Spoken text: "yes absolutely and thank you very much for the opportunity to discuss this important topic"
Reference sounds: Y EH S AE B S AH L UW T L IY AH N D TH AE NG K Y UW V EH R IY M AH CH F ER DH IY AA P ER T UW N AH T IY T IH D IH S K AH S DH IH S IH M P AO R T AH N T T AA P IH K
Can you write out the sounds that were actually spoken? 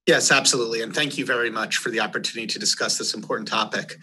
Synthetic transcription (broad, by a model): Y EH S AE B S AH L UW T L IY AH N TH AE NG K Y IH V EH R IY M AH CH F ER DH IY AA P ER T UW N AH T IY T IH D IH S K AH S DH IH S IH M P AO R T N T T AA P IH K